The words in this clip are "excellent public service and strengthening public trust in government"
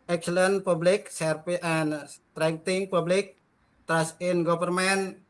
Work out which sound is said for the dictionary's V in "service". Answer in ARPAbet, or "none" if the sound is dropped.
P